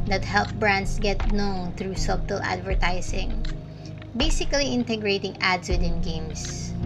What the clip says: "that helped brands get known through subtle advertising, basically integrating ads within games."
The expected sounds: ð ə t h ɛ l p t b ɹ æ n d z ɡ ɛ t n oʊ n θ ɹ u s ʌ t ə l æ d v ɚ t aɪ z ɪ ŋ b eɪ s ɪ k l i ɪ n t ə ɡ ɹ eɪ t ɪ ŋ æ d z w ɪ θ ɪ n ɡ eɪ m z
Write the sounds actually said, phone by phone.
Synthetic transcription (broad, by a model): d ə t h ɛ l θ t b ɹ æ n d s ɡ ɛ t n oʊ n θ ɹ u s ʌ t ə l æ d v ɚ t aɪ s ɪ ŋ b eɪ s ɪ k l i ɪ n t ə ɡ ɹ eɪ t ɪ ŋ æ d s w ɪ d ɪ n ɡ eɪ m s